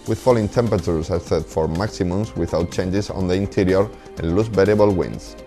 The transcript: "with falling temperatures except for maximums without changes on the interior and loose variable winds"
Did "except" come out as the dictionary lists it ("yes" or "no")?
no